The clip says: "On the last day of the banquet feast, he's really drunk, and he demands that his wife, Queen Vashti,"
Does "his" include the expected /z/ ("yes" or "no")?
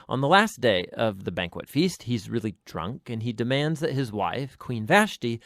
yes